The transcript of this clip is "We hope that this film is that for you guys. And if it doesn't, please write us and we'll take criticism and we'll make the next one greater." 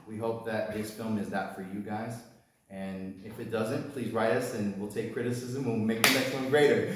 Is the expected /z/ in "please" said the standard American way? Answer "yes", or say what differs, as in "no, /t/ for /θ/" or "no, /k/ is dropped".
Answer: yes